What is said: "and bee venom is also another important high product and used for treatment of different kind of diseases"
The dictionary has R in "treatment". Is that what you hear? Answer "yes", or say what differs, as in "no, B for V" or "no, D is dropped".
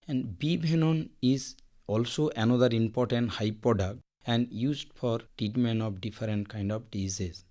no, R is dropped